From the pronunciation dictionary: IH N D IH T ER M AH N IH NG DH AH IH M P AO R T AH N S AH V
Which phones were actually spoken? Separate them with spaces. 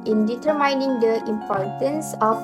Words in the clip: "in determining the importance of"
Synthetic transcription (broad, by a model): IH N D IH T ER M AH N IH NG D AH IH M P AO R T AH N S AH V